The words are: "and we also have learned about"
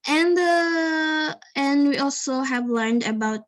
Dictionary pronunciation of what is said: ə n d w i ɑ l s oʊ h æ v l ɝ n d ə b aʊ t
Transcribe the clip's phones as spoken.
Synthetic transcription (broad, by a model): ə n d w i ɑ l s oʊ h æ v l ɝ n d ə b aʊ t